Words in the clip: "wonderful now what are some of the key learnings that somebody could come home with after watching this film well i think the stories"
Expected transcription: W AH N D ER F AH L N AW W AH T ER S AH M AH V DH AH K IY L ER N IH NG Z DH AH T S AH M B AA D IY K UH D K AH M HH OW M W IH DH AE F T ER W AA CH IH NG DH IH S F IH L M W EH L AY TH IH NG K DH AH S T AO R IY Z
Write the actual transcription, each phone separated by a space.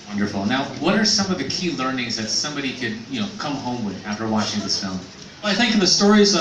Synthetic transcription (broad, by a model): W AH N D ER F L N AW W AH T ER S AH M AH V DH AH K IY L ER N IH NG Z DH AH T S AH M B AA D IY K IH D K AH M HH OW M W IH DH AE F T ER W AA CH IH NG DH IH S F IH L M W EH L AY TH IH NG K DH AH S T AO R IY Z